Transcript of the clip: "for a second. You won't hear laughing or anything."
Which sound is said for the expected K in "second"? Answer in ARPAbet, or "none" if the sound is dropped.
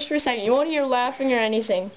none